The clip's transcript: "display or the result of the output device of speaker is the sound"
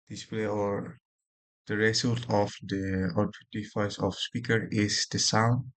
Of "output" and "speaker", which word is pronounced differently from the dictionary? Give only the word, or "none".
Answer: output